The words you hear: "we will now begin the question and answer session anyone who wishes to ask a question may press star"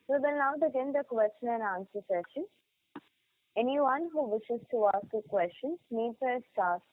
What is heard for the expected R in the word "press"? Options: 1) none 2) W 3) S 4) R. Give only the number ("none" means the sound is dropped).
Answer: 1